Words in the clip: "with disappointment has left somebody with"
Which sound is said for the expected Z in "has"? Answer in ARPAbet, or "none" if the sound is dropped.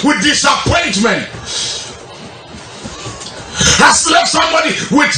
S